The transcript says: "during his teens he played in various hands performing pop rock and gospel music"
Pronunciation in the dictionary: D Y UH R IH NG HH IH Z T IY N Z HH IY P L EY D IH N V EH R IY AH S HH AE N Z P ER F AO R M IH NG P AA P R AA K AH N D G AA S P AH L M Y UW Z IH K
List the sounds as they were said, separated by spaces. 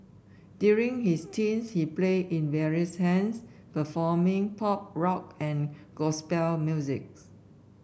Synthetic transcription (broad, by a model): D Y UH R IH NG HH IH S T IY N S HH IY P L EY IH N V EH R IY AH S HH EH N S P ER F AO M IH NG P AA P R AA K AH N G AA S P AH L M Y UW Z IH K